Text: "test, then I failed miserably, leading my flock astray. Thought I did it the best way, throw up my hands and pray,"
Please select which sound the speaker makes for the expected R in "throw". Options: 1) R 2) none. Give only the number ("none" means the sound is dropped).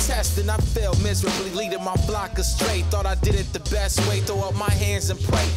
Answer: 2